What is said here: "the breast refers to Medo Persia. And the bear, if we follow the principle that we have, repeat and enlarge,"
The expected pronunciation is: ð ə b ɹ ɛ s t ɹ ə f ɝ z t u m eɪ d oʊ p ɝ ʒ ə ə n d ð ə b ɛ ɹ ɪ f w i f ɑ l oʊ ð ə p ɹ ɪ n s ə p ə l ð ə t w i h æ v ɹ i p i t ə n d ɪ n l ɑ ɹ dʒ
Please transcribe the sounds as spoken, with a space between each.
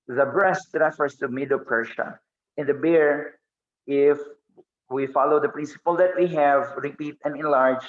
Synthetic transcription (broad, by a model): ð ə b ɹ ɛ s t ɹ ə f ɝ s t u m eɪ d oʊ p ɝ ʃ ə ə n d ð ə b ɛ ɹ ɪ f w i f ɑ l oʊ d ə p ɹ ɪ n s ə p ə l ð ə t w i h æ v ɹ i p i t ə n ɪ n l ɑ ɹ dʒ